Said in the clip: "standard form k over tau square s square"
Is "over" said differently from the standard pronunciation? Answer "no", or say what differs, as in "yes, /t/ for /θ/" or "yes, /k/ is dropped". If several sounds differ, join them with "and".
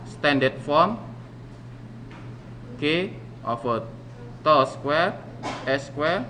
yes, /f/ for /v/